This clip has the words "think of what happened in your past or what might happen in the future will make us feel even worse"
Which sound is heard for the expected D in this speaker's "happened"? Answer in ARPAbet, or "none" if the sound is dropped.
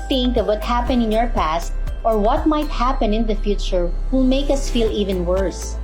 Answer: none